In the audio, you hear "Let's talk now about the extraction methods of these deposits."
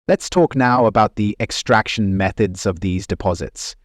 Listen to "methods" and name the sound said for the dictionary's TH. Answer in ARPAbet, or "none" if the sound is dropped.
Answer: TH